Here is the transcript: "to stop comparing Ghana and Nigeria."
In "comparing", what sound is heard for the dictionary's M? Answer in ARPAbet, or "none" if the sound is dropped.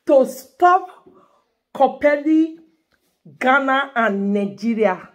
none